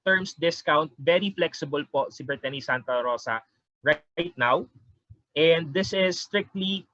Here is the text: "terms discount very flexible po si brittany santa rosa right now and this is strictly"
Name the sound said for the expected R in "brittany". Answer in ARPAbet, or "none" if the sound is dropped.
none